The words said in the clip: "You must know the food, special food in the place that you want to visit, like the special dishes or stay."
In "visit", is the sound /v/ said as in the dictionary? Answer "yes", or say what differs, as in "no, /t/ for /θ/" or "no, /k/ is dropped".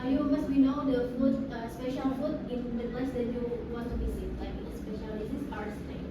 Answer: no, /b/ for /v/